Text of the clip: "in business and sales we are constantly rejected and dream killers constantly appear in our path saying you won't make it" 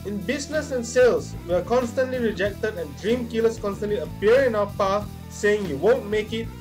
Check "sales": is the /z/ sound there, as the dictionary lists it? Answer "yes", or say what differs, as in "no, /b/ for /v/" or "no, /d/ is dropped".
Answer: no, /s/ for /z/